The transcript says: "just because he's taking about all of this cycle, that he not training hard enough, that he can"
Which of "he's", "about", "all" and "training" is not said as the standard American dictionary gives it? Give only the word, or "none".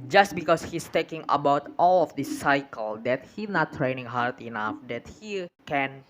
he's